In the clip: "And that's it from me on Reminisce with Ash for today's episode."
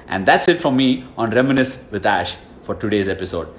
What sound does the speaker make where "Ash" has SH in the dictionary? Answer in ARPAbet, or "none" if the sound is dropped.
SH